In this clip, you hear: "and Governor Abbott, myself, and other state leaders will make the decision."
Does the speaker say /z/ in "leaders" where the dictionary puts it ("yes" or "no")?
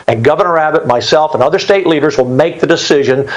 yes